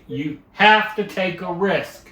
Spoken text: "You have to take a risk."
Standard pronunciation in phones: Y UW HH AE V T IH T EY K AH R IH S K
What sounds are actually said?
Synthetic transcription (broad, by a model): Y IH HH AE F T IH T EY K AH R IH S K